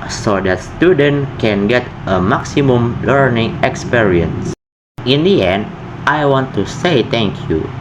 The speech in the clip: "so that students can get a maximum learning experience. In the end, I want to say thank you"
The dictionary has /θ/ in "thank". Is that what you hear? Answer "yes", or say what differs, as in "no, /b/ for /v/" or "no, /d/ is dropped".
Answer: no, /t/ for /θ/